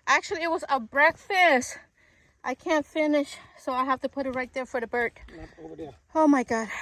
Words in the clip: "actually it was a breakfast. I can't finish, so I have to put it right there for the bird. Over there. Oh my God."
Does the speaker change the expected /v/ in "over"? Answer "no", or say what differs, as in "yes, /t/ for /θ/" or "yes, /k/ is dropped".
yes, /v/ is dropped